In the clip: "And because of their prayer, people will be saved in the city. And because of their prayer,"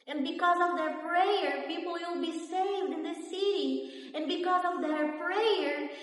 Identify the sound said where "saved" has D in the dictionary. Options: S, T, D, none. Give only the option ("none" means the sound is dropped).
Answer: D